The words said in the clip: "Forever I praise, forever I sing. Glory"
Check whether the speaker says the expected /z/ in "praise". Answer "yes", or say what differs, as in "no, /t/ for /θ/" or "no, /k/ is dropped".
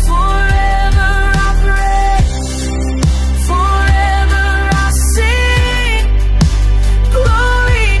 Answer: no, /s/ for /z/